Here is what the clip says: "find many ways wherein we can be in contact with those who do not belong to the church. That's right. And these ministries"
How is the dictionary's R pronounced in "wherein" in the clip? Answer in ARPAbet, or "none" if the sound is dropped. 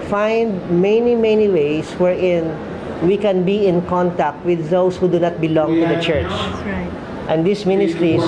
R